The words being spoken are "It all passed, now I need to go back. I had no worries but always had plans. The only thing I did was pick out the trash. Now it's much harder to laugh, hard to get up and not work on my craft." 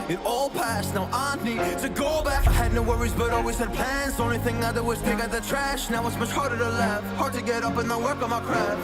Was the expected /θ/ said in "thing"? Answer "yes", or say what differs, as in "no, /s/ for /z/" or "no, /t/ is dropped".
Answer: yes